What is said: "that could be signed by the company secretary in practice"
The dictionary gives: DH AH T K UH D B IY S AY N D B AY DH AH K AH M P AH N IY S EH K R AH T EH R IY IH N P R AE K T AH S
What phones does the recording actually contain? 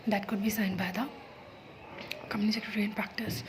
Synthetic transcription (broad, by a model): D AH T K UH D B IY S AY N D B AY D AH K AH M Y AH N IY S EH K R AH T EH R IY IH N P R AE K T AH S